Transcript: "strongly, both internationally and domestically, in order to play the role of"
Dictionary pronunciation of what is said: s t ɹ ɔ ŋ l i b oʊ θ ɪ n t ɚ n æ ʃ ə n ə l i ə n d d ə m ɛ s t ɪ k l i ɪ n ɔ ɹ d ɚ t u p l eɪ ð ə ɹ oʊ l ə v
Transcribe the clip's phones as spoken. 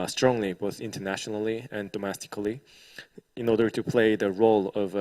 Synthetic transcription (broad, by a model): s t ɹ ɔ ŋ l i b oʊ θ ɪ n t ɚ n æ ʃ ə n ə l i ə n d d ə m ɛ s t ɪ k l i ɪ n ɔ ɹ d ɚ t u p l eɪ ð ə ɹ oʊ l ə v